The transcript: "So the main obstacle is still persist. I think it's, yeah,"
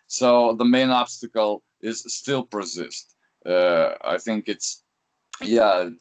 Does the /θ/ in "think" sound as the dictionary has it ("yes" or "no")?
yes